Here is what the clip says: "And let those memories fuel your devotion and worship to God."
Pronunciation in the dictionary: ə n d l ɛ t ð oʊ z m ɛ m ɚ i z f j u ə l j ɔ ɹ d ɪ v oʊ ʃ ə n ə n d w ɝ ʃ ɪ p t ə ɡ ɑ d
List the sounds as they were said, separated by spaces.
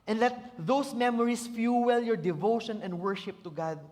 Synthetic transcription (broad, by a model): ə n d l ɛ t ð oʊ s m ɛ m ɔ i s f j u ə l j ɔ ɹ d ɪ v oʊ ʃ ə n ə n d w ɝ ʃ ɪ p t ə ɡ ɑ d